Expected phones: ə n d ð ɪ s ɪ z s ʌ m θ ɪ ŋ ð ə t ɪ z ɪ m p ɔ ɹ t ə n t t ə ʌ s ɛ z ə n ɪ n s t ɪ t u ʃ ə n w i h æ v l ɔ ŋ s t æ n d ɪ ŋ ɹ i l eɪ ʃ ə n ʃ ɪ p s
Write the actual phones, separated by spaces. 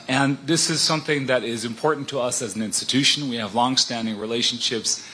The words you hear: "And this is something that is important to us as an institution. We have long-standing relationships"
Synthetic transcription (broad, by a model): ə n ð ɪ s ɪ z s ʌ m θ ɪ ŋ ð ə t ɪ z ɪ m p ɔ ɹ t n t t ə ʌ s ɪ z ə n ɪ n s t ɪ t u ʃ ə n w i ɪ v l ɔ ŋ s t æ n d ɪ ŋ ɹ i l eɪ ʃ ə n ʃ ɪ p s